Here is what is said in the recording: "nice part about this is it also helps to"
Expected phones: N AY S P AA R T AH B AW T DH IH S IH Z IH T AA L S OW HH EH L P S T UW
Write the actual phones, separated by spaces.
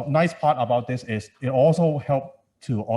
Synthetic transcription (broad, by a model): N AY S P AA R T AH B AW T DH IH S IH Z IH T AA L S OW HH EH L P T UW